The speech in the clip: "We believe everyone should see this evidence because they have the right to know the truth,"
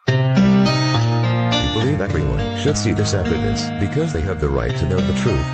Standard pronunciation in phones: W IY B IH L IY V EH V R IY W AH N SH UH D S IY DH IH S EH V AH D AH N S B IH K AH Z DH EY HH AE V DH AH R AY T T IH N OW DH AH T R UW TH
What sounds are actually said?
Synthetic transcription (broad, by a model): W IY B IH L IY V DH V R IY W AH N SH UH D S IY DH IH S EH F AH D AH S B IH K AH Z DH EY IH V DH AH R AY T T IH N OW DH AH T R UW TH